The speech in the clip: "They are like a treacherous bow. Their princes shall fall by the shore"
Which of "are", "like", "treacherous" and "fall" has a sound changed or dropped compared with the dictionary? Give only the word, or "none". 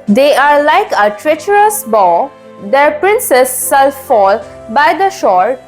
none